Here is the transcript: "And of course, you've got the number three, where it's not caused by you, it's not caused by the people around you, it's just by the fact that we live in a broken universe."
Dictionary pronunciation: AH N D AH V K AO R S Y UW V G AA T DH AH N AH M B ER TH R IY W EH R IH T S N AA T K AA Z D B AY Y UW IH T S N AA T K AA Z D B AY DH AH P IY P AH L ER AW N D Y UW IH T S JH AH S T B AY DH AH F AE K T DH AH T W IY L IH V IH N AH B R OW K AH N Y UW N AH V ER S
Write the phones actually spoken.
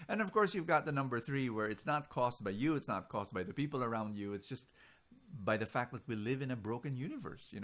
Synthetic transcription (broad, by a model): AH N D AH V K AO R S Y UW V G AA T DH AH N AH M B ER TH R IY W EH R IH T S N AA T K AA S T B AY Y UW IH T S N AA T K AA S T B AY DH AH P IY P L ER AW N D Y UW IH T S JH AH S T B AY DH AH F AE K T DH AH T W IY L IH V IH N AH B R OW K AH N Y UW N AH V ER S